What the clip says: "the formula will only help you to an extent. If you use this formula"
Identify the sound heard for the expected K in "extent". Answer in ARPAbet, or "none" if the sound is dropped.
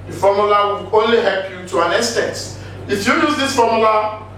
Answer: none